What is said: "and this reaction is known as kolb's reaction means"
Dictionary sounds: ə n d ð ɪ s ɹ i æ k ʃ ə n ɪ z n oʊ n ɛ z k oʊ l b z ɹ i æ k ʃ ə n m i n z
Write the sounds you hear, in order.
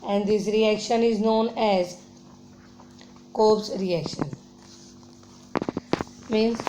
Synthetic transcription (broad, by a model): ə n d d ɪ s ɹ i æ k ʃ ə n ɪ z n oʊ n ɛ z k oʊ b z ɹ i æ k ʃ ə n m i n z